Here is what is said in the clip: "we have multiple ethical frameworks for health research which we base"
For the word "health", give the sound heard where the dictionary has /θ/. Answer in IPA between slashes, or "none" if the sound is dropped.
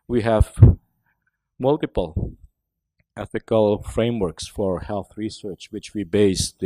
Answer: /θ/